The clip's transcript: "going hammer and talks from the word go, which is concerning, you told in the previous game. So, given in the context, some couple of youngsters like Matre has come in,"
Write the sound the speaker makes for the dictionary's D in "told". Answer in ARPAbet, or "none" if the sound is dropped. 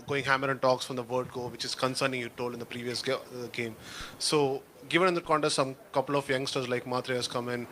none